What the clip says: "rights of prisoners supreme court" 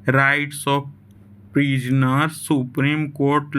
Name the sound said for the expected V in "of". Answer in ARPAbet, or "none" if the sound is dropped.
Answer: P